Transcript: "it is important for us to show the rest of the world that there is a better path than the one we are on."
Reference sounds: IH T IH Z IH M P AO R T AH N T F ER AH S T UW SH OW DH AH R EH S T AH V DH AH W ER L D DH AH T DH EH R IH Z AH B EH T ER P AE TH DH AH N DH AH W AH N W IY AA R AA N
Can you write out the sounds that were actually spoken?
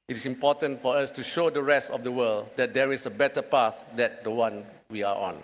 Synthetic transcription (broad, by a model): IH T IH S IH M P AO T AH N T F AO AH S T UW SH OW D AH R EH S T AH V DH AH W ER L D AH T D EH R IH S AH B EH T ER P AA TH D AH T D AH W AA N W IY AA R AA N